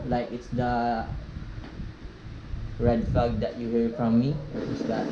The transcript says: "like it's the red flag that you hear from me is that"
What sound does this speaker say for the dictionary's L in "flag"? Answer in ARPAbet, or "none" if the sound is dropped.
none